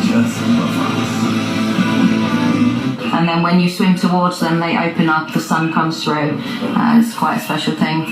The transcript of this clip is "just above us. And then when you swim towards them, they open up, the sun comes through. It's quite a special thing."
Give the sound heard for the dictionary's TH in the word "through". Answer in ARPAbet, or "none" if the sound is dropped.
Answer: TH